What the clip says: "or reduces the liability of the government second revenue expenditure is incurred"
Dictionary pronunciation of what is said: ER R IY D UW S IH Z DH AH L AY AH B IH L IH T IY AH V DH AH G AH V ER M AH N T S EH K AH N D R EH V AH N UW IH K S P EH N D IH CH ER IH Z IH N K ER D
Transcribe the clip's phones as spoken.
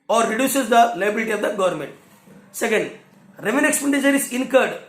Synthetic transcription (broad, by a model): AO R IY D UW S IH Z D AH L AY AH B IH L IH T IY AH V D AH G AH V ER M AH N T S EH K AH N D R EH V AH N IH K S P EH N D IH SH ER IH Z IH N K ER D